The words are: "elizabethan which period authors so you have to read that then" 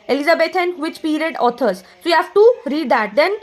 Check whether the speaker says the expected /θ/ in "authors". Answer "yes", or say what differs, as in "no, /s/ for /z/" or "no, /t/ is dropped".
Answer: no, /t/ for /θ/